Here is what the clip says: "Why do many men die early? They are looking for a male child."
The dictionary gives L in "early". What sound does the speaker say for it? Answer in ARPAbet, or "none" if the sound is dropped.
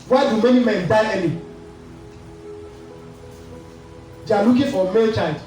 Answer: N